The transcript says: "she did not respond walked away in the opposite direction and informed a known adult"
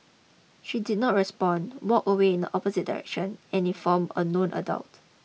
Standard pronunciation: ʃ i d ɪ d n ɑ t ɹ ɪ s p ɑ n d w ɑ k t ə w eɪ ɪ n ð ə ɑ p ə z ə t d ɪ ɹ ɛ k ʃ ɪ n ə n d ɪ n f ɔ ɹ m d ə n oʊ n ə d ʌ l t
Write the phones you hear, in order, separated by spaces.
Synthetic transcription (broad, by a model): ʃ i d ɪ d n ɑ t ɹ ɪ s p ɑ n w ɑ k ə w eɪ ɪ n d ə ɑ p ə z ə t d ɪ ɹ ɛ k ʃ ɪ n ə n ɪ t f ɔ m ə n oʊ n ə d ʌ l t